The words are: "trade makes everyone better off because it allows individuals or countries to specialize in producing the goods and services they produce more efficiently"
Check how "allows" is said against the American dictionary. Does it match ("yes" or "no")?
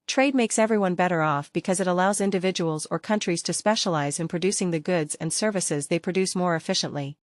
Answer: yes